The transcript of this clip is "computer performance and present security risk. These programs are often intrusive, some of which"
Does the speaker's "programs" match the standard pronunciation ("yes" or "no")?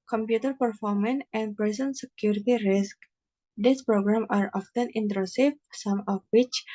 no